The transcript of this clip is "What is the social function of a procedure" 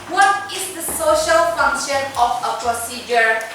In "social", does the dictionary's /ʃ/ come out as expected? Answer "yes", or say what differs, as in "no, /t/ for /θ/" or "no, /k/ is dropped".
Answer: yes